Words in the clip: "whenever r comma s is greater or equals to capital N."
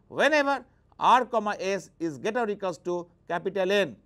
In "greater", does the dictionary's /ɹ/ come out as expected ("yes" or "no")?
no